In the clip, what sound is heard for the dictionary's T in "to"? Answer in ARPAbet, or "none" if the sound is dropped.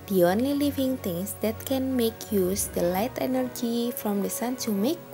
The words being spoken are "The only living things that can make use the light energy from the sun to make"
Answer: S